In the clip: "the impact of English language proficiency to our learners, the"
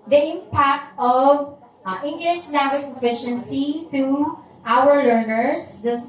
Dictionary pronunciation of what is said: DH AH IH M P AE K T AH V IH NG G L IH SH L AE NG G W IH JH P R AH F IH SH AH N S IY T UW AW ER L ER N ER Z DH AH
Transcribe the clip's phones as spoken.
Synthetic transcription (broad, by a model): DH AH IH M P AE K T AH V IH NG G L IH SH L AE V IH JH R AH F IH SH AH N S IY T UW AW ER L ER N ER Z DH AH